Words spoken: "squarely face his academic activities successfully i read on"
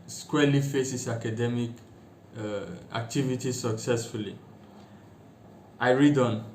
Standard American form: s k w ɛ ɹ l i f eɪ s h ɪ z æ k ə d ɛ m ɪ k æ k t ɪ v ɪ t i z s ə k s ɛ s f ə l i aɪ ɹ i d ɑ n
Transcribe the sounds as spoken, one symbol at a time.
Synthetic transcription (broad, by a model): s k w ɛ l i f eɪ s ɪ s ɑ k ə d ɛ m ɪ k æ k t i v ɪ t i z s ə k s ɛ s f ə l i aɪ ɹ i d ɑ n